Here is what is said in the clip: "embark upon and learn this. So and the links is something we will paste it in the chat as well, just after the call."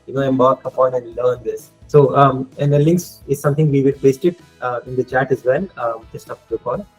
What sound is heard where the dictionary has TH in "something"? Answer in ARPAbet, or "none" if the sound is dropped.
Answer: T